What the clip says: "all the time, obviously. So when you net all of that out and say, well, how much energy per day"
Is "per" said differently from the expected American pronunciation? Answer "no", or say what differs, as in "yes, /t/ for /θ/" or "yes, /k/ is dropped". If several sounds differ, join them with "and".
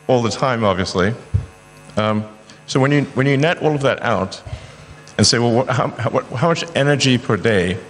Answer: no